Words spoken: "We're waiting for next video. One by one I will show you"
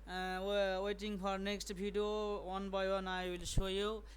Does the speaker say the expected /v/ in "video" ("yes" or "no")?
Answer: no